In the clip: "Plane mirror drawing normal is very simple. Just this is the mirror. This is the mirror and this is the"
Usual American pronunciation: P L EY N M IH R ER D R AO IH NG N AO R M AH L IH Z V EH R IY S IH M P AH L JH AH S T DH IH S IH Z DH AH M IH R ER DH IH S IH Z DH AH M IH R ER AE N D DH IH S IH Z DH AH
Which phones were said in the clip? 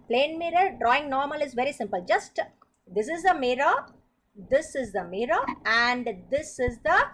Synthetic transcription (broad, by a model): P L EY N M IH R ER D R AO IH NG N AO R M AH L IH Z V EH R IY S IH M P AH L JH AH S T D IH S IH Z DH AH M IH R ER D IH S IH Z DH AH M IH R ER AE N D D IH S IH Z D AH